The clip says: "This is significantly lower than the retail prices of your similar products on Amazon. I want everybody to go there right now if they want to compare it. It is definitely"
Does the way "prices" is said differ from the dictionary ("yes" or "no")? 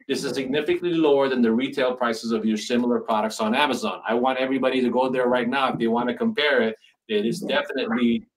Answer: no